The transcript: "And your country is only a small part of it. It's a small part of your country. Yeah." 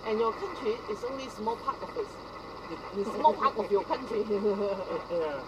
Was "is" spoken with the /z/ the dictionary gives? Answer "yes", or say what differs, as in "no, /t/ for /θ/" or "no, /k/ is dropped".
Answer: no, /s/ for /z/